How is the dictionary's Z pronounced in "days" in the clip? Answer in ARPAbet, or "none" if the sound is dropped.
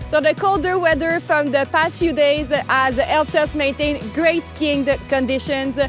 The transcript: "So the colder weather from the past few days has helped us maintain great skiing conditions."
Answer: Z